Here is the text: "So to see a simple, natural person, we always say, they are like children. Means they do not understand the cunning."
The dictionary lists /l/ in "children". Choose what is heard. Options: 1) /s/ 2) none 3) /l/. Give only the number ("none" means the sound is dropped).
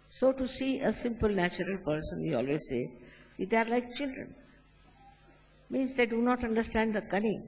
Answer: 3